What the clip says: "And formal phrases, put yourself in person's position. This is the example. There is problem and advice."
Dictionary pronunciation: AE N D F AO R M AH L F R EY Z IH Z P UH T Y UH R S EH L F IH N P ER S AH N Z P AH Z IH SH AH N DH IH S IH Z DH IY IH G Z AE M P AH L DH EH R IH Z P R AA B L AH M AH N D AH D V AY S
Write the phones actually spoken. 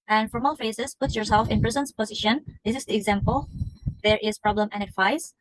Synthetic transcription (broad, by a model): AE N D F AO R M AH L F EY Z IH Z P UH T Y UH R S EH L F IH N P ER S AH N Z P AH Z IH SH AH N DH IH S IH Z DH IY IH G Z AE M P AH L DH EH R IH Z P R AA B L AH M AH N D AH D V AY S